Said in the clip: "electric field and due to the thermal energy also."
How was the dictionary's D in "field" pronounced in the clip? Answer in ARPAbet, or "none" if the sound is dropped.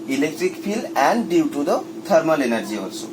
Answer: none